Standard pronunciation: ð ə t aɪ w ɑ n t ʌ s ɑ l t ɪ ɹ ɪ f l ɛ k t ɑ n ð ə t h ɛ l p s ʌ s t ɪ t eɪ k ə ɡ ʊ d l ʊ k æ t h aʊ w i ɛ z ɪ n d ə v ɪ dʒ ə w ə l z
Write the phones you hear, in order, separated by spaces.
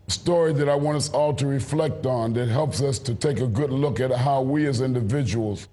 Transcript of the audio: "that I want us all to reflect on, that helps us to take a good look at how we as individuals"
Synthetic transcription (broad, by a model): ð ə t aɪ w ɑ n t ʌ s ɑ l t ɪ ɹ ɪ f l ɛ k t n ð ə t h ɛ l p s ʌ s t ɪ t eɪ k ə ɡ ʊ d l ʊ k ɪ t h aʊ w i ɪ z ɪ n d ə v ɪ dʒ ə w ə l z